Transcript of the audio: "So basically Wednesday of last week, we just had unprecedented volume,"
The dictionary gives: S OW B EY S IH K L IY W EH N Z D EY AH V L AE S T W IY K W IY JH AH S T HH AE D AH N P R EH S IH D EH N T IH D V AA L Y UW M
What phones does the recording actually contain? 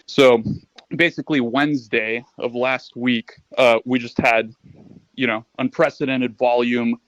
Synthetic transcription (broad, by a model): S OW B EY S IH K L IY W EH N Z D EY AH V L AE S T W IY K W IY JH AH S T HH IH D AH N P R EH S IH D EH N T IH D V AA L Y UW M